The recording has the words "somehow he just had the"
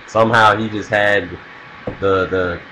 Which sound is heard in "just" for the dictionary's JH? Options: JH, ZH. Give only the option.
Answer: JH